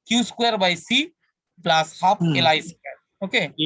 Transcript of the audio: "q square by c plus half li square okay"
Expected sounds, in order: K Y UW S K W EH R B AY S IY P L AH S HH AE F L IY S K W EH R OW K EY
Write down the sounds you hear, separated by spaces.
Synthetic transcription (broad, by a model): K Y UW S K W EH R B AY S IY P L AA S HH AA P L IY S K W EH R OW K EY